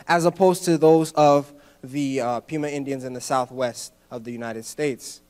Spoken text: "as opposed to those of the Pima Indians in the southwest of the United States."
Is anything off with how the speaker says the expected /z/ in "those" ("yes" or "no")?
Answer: no